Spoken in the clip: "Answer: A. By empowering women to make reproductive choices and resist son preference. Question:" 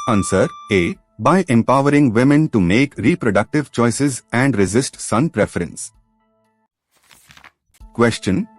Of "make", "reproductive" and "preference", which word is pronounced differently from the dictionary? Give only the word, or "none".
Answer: none